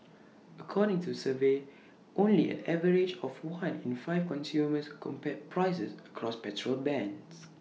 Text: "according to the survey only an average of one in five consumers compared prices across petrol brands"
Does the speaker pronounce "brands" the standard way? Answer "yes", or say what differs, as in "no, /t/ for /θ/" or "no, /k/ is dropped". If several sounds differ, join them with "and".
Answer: no, /ɹ/ is dropped